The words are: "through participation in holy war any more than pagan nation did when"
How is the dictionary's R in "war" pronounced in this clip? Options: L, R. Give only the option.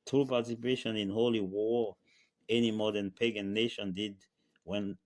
R